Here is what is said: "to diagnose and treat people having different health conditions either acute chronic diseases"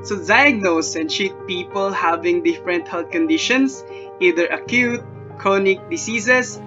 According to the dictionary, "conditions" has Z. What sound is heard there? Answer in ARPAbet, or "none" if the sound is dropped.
S